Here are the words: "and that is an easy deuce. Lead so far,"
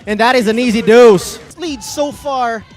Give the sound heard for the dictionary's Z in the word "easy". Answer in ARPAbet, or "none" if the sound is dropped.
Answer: Z